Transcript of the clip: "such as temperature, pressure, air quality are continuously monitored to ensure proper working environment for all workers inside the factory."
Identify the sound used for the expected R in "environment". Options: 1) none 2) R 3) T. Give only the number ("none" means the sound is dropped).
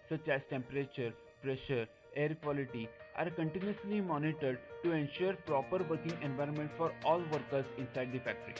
2